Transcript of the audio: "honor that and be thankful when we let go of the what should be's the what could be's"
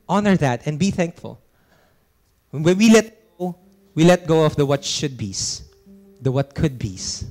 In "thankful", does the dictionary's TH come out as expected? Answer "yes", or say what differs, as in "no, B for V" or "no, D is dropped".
yes